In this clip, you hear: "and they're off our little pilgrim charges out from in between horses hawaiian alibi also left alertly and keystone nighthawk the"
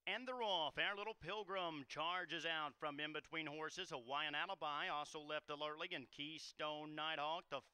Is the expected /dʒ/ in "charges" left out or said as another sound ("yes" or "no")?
no